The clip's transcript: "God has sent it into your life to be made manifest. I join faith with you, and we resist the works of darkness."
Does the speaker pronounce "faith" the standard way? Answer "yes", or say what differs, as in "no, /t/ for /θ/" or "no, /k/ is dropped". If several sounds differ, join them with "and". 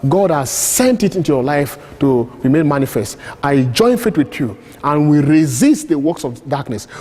no, /t/ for /θ/